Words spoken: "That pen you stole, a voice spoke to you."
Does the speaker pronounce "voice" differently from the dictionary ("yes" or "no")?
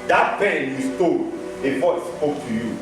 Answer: yes